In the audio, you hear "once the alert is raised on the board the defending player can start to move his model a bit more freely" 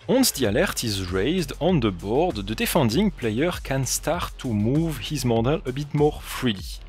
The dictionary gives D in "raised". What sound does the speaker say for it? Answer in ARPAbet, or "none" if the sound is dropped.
D